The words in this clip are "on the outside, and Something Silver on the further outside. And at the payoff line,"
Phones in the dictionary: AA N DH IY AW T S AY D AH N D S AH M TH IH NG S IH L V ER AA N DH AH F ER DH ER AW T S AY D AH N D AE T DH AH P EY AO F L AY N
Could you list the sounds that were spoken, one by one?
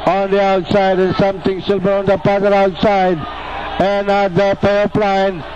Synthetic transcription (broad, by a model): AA N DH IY AW T S AY D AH N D S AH M T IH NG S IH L B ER AA N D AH P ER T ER AW T S AY D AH N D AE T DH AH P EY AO P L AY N